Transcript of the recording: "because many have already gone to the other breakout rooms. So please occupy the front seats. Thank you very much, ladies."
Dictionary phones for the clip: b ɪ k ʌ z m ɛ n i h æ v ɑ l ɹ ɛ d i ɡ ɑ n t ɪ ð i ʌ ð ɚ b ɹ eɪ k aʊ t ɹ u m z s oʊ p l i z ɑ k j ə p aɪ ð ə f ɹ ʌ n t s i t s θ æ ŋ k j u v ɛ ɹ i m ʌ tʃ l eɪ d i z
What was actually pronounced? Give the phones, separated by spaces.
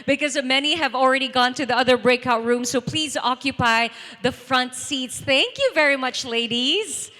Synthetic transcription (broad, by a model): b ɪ k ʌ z m ɛ n i h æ v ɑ l ɹ ɛ d i ɡ ɑ n t ɪ ð i ʌ ð ɚ b ɹ eɪ k aʊ t ɹ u m s oʊ p l i z ɑ k j ə p aɪ ð ə f ɹ ʌ n t s i t s θ æ ŋ k j u v ɛ ɹ i m ʌ tʃ l eɪ d i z